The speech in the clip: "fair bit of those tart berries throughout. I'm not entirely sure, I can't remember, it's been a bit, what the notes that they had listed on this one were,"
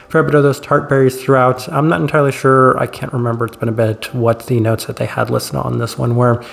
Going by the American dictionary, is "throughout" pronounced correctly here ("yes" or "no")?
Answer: yes